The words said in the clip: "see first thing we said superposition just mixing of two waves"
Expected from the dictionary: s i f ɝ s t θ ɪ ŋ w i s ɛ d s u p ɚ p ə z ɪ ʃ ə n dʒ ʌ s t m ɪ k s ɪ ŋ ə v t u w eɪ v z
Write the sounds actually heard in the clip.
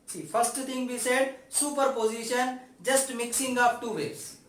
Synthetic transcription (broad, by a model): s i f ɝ s t t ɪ ŋ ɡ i s ɛ d s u p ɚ p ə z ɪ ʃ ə n dʒ ʌ s t m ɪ k s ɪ ŋ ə p t u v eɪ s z